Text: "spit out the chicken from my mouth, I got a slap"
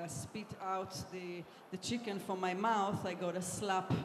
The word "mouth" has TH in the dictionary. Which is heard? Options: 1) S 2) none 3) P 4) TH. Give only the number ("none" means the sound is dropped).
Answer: 4